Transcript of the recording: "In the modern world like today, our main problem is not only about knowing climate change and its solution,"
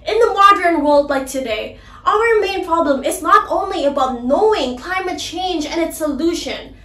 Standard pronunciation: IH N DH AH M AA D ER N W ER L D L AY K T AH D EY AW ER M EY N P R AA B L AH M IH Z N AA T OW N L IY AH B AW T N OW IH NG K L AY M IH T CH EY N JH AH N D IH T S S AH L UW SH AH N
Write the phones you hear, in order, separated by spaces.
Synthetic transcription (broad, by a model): IH N DH AH M AA D ER N W ER L D L AY K T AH D EY AW ER M EY N P R AA B L AH M IH Z N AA T OW N L IY AH B AW T N OW IH NG K L AY M IH T CH EY N JH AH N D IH T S S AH L UW SH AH N